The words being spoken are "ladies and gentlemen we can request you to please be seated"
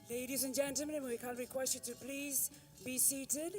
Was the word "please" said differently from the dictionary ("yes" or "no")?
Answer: no